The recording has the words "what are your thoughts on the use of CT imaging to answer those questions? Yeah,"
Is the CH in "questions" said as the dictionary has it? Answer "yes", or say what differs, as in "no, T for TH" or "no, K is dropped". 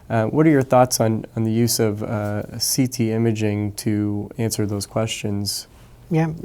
yes